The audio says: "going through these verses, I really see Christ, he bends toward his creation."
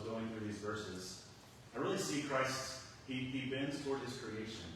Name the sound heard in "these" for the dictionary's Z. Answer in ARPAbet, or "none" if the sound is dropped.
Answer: Z